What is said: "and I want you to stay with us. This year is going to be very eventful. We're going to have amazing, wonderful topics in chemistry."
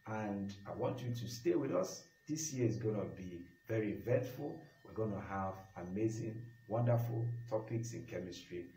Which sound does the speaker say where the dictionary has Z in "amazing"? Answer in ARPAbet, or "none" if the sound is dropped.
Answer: Z